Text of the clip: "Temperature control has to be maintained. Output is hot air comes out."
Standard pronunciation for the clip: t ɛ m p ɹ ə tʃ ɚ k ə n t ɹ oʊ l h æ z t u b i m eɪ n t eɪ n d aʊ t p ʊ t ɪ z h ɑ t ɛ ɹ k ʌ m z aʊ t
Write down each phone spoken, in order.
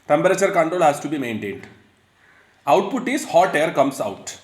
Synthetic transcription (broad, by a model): t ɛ m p ɹ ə tʃ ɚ k ə n t ɹ oʊ l h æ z t u b i m eɪ n t eɪ n d aʊ t p ʊ t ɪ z h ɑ t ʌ ɹ k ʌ m s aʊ t